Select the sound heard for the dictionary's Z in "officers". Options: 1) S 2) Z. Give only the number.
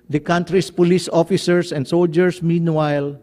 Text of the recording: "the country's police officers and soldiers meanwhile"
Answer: 1